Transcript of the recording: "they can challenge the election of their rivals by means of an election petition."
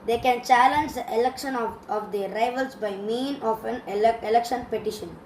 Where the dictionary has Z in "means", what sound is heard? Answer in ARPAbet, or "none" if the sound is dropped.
none